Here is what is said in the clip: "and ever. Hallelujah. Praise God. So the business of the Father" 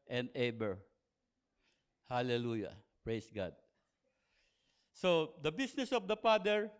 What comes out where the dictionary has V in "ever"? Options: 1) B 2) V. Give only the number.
1